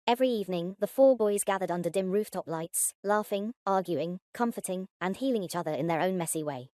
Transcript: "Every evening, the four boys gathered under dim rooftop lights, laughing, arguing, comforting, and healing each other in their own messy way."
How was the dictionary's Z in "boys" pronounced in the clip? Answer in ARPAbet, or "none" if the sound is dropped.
Z